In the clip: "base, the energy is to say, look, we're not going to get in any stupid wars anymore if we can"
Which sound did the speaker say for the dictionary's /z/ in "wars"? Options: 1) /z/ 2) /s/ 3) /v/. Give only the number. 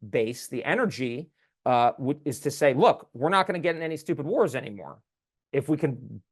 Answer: 1